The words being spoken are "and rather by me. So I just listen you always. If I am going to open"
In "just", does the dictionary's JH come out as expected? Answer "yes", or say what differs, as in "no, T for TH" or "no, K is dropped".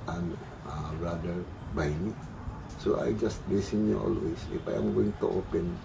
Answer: yes